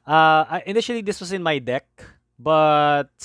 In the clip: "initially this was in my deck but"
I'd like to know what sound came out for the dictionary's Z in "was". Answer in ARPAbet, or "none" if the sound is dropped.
S